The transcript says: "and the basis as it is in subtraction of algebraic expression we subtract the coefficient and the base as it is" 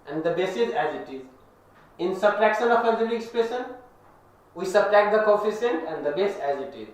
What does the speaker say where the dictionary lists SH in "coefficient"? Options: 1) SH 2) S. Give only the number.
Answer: 2